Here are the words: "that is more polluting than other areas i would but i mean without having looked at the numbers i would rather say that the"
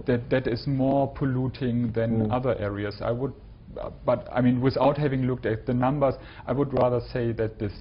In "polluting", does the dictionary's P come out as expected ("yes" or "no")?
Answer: yes